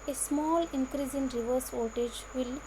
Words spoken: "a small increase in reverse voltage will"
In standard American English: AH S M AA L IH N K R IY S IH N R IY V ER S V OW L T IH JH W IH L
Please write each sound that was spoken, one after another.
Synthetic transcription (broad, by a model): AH S M AA L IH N K R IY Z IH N R IY V ER S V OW T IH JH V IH L